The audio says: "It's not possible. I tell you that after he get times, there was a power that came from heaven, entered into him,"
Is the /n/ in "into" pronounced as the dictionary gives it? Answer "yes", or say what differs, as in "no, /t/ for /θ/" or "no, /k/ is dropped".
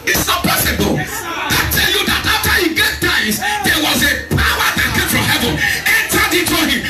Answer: no, /n/ is dropped